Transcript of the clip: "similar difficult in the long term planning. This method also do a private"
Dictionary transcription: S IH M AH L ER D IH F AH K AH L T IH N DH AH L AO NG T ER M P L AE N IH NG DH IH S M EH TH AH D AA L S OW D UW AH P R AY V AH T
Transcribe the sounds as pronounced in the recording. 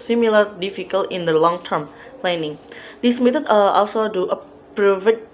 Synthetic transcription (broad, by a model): S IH M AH L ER D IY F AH K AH L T IH N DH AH L AO NG T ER M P L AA N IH NG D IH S M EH T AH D AA L S OW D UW AH P R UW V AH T